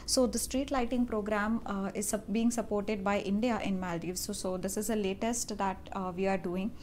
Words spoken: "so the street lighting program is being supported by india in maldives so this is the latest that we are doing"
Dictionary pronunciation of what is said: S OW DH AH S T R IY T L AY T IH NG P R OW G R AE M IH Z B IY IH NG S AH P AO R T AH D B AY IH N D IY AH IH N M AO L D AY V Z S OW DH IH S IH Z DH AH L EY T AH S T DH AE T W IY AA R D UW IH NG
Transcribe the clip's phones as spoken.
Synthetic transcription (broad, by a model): S OW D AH S T R IY T L AY T IH NG P R OW G R AE M IH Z B IY IH NG S AH P AO R T AH D B AY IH N D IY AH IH N M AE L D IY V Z S OW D IH S IH Z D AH L EY T AH S T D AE T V IY AA R D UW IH NG